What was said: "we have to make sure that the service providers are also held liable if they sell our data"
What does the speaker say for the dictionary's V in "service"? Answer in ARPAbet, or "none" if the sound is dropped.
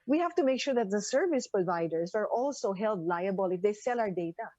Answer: V